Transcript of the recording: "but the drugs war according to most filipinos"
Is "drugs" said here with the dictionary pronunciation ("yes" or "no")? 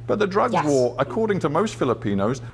yes